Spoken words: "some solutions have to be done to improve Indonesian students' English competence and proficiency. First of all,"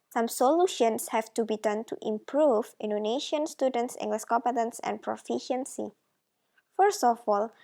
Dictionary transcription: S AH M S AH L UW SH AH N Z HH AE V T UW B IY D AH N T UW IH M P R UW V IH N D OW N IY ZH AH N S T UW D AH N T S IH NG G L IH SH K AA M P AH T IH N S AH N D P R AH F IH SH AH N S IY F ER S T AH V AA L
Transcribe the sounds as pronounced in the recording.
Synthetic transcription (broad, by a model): S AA M S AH L UW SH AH N S HH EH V T UW B IY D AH N T UW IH M P R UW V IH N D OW N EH SH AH N S T UW D AH N T S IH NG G L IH S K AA P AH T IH N S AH N P R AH F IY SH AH N S IY F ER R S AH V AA L